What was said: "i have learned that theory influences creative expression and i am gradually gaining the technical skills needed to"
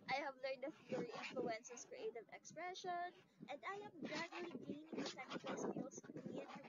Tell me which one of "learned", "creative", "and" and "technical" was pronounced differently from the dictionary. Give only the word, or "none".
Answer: technical